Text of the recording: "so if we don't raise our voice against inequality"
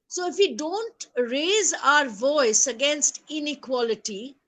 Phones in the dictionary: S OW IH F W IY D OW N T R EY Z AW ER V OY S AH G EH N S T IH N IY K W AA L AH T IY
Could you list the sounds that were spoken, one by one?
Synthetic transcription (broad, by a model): S OW IH F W IY D OW N T R EY Z AW ER V OY S AH G EH N S T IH N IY K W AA L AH T IY